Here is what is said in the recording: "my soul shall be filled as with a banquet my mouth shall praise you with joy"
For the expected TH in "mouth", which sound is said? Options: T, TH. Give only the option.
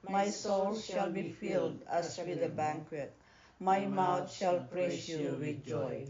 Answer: T